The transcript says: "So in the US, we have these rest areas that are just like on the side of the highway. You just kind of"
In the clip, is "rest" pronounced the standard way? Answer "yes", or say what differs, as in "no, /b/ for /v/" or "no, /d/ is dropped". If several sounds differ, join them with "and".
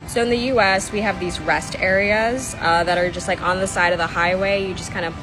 yes